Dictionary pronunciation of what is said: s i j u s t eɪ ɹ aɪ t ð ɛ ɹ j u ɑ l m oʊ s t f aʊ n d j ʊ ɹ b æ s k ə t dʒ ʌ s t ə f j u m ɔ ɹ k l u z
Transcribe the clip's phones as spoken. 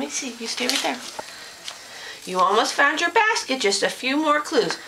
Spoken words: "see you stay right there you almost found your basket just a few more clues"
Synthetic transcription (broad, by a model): s i j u s t eɪ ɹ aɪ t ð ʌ ɹ j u ɑ l m oʊ s t f aʊ n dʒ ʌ ɹ b æ s k ə t dʒ ʌ s t ə f j u m ɔ ɹ k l u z